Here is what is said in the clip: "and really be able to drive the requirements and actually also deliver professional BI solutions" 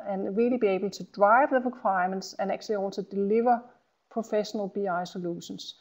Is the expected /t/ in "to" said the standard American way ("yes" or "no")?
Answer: no